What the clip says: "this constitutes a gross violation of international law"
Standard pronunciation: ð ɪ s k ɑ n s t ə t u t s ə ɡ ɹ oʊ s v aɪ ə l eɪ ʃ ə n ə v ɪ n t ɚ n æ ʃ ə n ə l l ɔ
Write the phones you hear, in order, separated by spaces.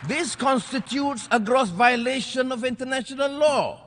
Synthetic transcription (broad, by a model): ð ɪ s k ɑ n s t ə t u t s ə ɡ ɹ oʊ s v aɪ ə l eɪ ʃ ə n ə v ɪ n t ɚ n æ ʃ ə n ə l l ɔ